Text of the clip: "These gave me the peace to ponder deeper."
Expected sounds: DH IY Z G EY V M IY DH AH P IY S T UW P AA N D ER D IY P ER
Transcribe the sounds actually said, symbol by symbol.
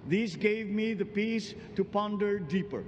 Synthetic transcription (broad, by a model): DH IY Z G EY V M IY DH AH P IY S T UW P AA N D ER D IY P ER